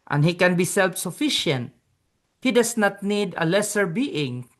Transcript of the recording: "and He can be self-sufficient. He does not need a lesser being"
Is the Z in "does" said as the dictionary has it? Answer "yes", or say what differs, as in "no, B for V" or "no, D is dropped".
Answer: no, S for Z